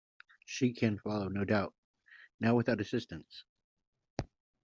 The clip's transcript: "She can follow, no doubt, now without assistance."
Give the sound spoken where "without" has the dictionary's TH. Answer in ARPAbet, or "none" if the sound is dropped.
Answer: TH